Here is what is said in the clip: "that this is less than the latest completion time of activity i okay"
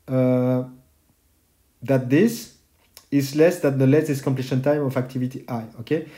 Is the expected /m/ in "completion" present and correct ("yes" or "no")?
yes